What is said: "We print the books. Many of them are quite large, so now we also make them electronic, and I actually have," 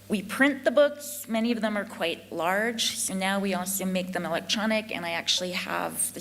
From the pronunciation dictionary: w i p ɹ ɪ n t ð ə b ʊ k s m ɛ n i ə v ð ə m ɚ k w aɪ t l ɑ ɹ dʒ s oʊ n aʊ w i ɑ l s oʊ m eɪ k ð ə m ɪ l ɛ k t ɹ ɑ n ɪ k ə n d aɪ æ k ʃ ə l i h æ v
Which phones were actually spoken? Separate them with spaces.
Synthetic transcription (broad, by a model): w i p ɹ ɪ n ð ə b ʊ k s m ɛ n i ə v ð ə m ɚ k w aɪ t l ɑ ɹ dʒ s oʊ n aʊ w i ɑ l s oʊ m eɪ k ð ə m ɪ l ɛ k t ɹ ɑ n ɪ k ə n aɪ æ k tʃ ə l i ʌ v